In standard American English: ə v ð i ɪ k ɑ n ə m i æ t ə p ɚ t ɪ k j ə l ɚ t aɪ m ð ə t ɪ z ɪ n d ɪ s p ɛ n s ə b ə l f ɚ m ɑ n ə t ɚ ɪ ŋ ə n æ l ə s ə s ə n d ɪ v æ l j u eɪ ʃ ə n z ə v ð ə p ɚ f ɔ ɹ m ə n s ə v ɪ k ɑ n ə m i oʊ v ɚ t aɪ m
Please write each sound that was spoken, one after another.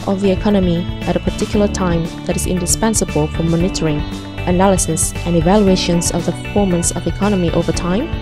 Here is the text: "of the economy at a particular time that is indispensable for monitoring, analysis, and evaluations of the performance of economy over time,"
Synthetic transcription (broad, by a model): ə v ð i ɪ k ɑ n ə m i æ t ə p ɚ t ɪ k j l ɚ t aɪ m ð ə t ɪ z ɪ n d ɪ s p ɛ n s ə b ə l f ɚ m ɑ n ə t ɚ ɪ ŋ ə n æ l ə s ə s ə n ɪ v æ l j u eɪ ʃ ə n z ə v ð ə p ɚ f ɔ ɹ m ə n s ə v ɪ k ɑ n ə m i oʊ v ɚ t aɪ m